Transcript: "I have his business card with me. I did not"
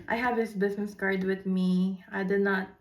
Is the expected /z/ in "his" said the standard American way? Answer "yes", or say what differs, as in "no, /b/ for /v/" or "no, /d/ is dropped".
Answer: no, /s/ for /z/